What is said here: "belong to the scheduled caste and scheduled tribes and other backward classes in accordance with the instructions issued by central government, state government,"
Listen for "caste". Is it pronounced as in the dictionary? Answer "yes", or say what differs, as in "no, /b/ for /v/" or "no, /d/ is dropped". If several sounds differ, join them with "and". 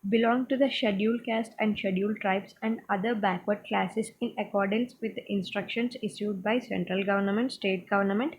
yes